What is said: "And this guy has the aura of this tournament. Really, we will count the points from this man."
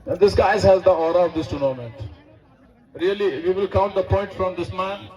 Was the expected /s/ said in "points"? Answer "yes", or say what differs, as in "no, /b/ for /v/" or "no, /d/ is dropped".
no, /s/ is dropped